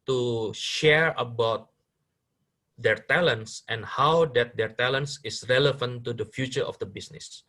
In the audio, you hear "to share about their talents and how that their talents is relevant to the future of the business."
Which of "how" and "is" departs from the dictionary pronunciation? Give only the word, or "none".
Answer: is